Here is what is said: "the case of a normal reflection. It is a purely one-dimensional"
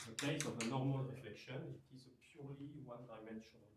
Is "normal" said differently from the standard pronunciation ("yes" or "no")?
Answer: no